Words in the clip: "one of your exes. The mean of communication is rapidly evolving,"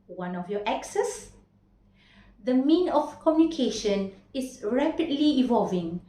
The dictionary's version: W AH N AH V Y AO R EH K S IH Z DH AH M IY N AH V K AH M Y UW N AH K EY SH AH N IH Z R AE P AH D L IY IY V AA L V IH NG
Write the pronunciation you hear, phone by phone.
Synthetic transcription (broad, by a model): W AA N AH F Y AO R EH K S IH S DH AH M IY N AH F K AH M Y UW N AH K EY SH AH N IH S R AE P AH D L IY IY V AA L V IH NG